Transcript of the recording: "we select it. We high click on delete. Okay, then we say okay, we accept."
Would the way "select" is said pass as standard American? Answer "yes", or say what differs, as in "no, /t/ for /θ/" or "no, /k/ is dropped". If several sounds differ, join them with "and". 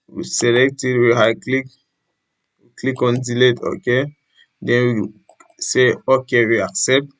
yes